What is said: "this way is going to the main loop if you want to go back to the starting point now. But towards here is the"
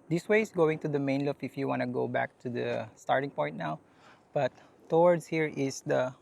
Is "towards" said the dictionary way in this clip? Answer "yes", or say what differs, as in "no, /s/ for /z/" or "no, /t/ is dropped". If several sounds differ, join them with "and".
no, /s/ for /z/